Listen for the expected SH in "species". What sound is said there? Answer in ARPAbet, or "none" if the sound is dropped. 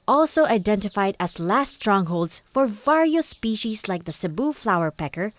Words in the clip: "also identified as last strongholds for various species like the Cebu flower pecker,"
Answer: SH